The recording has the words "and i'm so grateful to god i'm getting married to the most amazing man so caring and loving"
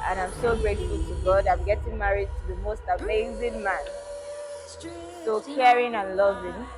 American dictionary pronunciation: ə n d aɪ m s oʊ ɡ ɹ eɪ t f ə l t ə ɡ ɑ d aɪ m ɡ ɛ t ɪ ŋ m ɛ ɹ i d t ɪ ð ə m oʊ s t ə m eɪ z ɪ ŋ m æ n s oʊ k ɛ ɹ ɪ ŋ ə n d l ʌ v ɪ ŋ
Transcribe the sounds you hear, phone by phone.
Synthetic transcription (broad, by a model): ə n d aɪ m s oʊ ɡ ɹ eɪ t ə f t ə ɡ ɑ d aɪ m ɡ ɛ t ɪ ŋ m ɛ ɹ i d t ɪ ð ə m oʊ s t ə m eɪ z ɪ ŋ m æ n s oʊ k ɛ ɹ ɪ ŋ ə n l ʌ v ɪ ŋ